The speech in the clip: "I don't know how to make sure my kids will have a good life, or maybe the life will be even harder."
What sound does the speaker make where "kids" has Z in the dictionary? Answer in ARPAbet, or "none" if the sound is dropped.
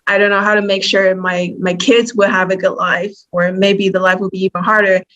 Z